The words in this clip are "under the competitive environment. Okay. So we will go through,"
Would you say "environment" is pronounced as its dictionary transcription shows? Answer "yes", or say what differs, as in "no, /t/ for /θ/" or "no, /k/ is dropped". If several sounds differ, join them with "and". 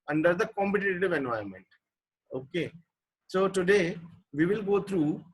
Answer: no, /ɹ/ is dropped